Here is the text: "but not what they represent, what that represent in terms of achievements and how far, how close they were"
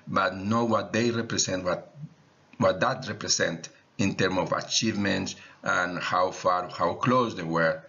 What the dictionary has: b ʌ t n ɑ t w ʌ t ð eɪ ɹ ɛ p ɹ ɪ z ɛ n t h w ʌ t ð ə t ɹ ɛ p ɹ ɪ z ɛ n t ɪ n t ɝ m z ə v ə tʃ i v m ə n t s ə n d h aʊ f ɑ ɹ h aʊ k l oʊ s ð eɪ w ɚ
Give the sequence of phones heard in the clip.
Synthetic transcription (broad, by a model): b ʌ t n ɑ w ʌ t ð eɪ ɹ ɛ p ɹ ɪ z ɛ n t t w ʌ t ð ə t ɹ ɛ p ɹ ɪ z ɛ n t ɪ n t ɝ m ə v ə tʃ i v m ə n t s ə n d h aʊ f ɑ ɹ h aʊ k l oʊ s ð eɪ w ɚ